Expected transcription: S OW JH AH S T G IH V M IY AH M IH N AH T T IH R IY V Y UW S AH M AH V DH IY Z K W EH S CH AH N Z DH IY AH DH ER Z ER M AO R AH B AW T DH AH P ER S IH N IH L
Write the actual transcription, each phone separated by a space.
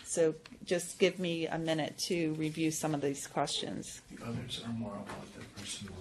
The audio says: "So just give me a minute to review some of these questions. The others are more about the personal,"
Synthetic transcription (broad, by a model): S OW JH AH S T G IH V M IY AH M IH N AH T T IH R IY V Y UW S AH M AH V DH IY Z K W EH S CH AH N Z DH IY AH DH ER Z ER M AO R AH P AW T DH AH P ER S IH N